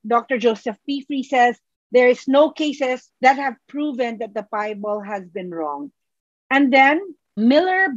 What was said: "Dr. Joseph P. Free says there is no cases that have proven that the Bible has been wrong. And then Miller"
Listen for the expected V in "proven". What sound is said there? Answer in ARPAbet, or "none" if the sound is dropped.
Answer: V